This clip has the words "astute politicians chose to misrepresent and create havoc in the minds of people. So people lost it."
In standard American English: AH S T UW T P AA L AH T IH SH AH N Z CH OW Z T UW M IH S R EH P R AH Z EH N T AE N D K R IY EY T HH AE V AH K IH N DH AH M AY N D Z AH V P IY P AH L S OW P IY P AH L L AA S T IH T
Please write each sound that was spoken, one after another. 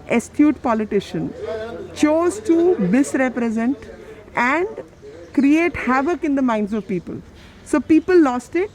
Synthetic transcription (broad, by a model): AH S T UW T P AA L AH T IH SH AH N CH OW Z T UW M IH S R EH P R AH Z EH N T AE N D K R IY EY T HH AE V AH K IH N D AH M AY N D Z AH V P IY P AH L S OW P IY P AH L L AA S T IH T